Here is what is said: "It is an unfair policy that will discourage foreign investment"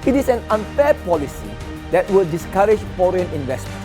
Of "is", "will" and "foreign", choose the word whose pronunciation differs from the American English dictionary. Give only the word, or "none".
is